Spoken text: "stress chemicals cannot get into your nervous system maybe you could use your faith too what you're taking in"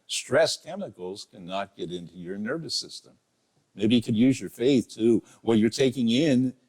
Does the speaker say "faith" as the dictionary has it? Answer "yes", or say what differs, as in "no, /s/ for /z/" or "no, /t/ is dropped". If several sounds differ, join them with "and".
yes